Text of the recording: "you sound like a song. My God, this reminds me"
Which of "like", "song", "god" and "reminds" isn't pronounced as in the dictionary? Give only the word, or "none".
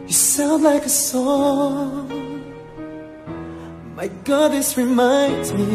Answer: none